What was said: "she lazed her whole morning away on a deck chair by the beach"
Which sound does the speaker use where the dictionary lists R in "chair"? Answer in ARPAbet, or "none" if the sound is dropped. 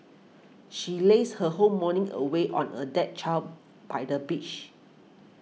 L